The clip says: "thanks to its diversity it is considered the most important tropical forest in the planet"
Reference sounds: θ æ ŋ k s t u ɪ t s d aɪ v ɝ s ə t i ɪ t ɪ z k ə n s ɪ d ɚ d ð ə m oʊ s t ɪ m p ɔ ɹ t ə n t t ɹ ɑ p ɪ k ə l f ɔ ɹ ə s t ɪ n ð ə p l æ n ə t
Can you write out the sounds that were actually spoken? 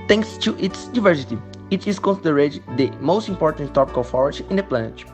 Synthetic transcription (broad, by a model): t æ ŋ k s t u ɪ t s d aɪ v ɝ s ə t i ɪ t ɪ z k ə n s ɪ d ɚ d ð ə m oʊ s t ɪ m p ɔ ɹ t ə n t t ɑ p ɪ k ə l f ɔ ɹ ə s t ɪ n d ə p l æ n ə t